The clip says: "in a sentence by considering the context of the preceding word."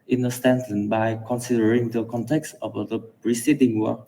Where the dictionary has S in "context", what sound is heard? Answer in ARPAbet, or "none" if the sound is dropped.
S